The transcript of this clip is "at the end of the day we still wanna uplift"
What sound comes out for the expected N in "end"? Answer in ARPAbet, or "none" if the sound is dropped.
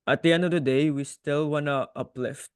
N